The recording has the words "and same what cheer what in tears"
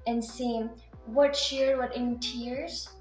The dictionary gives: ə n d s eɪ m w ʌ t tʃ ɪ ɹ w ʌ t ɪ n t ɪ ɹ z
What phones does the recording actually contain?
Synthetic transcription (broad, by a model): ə n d s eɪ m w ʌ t ʃ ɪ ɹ w ʌ t ɪ n t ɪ ɹ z